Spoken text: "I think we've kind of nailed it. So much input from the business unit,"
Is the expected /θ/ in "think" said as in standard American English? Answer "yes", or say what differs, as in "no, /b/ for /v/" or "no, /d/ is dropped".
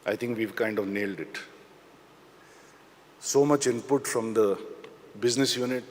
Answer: no, /t/ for /θ/